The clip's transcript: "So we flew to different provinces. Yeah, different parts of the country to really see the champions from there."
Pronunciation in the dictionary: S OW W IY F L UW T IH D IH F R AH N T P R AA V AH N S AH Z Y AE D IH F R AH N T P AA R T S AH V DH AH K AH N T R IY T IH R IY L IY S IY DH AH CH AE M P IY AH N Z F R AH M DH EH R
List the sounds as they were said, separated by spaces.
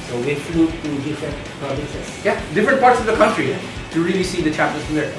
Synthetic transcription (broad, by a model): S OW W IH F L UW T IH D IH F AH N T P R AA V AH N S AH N Y AE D IH F R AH N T P AA R T S AH V DH AH K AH N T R IY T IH R IY L IY S IY DH AH CH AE P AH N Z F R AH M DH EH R